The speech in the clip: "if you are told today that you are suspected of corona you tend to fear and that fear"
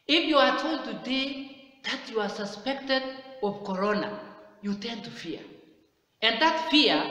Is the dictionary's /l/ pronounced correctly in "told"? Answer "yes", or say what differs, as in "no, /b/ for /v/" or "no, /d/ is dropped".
yes